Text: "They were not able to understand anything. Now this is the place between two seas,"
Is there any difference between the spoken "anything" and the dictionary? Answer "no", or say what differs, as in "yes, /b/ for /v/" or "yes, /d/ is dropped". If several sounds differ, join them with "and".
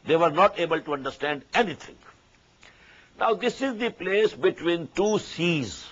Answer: yes, /t/ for /θ/